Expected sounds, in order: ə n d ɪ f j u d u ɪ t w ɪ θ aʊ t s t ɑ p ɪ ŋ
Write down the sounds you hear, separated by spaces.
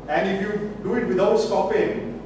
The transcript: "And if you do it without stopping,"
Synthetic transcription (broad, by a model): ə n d ɪ f j u d u ɪ t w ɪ t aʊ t s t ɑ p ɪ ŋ